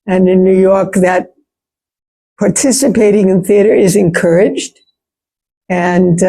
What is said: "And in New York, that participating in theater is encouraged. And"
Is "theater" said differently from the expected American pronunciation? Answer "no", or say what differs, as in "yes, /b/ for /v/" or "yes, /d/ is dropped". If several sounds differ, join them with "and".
no